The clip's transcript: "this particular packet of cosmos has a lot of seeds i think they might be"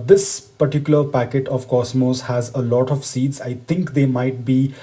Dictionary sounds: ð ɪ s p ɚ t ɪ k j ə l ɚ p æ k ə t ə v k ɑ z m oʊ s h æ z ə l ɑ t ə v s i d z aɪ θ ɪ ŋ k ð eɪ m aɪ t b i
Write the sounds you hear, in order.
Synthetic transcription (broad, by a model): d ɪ s p ɚ t ɪ k j ə l ɚ p æ k ə t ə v k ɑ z m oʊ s h æ z ə l ɑ t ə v s i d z aɪ t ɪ ŋ k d eɪ m aɪ t b i